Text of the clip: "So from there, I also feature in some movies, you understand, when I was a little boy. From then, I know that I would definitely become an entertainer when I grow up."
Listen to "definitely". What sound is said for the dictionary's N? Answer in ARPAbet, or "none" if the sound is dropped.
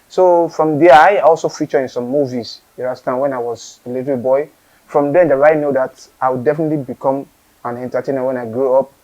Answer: N